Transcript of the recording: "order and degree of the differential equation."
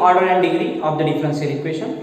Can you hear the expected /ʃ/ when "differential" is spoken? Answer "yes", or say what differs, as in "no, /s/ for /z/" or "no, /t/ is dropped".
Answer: no, /s/ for /ʃ/